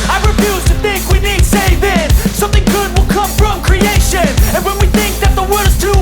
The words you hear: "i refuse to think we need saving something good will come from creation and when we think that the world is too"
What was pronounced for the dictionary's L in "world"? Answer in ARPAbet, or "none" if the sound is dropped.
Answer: none